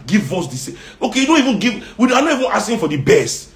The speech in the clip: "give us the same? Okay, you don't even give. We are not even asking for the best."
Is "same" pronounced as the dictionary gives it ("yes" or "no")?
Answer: no